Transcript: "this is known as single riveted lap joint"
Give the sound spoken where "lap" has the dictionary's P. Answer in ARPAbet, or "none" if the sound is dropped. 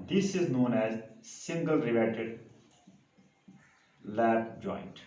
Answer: B